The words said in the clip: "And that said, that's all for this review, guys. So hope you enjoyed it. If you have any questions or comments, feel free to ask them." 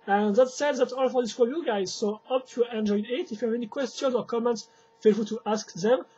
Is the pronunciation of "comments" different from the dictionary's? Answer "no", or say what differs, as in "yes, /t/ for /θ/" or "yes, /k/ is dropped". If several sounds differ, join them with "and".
no